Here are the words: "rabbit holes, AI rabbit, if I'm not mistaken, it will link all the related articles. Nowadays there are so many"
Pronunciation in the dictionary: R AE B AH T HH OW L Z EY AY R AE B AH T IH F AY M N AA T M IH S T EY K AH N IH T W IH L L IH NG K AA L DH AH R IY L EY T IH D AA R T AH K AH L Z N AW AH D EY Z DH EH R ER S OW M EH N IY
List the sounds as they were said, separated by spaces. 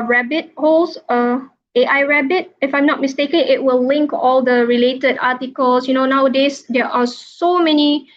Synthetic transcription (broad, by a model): R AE B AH T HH OW L S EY AY R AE B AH T IH F AY M N AA T M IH S T EY K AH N IH T W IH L L IH NG K AA L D AH R IY L EY T IH D AA T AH K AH L S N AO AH D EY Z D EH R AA S OW M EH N IY